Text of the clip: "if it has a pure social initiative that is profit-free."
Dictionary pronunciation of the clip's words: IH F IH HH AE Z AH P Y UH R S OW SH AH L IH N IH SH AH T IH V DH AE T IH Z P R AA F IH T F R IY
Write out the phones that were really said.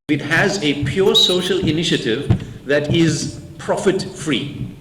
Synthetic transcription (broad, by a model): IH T HH AE Z AH P Y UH R S OW SH AH L IH N IH SH AH T IH V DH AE T IH Z P R AA F IH T F R IY